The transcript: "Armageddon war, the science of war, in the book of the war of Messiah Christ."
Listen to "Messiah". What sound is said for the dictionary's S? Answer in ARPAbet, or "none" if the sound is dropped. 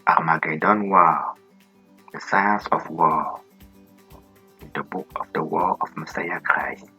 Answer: S